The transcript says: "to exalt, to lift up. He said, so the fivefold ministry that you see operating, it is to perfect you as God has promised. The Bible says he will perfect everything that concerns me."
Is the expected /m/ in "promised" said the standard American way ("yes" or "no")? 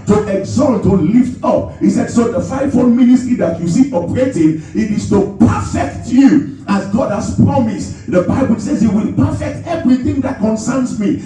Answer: yes